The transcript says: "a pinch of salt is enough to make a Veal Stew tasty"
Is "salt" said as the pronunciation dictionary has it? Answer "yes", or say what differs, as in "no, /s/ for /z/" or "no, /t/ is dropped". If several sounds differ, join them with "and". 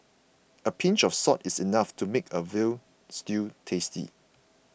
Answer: no, /l/ is dropped